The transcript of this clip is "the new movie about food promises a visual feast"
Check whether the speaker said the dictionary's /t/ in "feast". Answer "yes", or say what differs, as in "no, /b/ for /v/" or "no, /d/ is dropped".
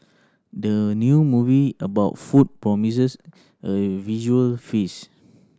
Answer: no, /t/ is dropped